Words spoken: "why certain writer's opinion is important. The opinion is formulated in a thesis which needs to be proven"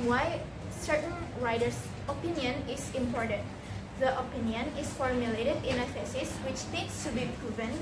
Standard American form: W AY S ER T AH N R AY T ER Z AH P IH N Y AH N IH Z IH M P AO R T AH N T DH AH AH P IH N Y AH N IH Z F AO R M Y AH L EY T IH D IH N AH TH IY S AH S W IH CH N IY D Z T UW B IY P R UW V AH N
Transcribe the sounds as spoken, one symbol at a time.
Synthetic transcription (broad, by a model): W AY S ER T AH N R AY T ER S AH P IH N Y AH N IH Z IH M P AO R T AH N T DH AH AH P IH N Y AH N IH S F AO R M Y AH L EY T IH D IH N AH F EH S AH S W IH CH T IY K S T UW B IY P R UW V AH N